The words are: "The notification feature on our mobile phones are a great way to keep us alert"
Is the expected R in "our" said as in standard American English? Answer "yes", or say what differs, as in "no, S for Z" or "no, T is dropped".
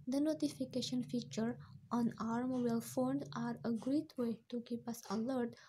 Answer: yes